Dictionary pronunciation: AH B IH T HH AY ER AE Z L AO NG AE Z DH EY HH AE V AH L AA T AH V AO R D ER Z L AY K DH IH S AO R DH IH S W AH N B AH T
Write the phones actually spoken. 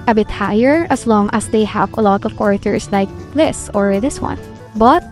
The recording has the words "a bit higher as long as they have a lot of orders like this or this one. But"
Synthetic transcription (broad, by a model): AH B IH T HH AY ER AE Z L AO NG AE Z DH EY HH AE V AH L AA T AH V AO R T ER S L AY K DH IH S AO R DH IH S W AH N B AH T